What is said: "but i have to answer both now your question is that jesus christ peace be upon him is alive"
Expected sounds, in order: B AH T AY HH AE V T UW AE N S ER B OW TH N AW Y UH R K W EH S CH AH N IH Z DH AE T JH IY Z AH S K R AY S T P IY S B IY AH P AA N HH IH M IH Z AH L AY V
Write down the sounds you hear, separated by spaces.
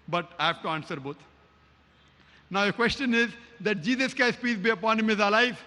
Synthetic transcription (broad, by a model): B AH T AY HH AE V T UW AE N S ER B OW T N AW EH K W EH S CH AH N IH Z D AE T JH IY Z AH S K AY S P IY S B IY AH P AA N HH IH M IH Z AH L AY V